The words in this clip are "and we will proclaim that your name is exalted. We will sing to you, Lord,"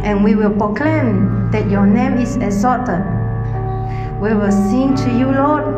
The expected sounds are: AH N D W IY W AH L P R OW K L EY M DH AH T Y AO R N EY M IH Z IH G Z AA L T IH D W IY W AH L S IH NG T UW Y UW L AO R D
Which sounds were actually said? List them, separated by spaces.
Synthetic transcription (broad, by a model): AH N W IY W AH L P R OW K L EY M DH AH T Y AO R N EY M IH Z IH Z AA T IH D W IY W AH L S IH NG T UW Y UW L AO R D